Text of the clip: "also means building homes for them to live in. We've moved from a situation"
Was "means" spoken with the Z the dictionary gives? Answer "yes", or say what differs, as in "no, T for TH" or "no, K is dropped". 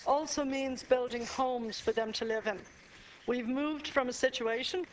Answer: yes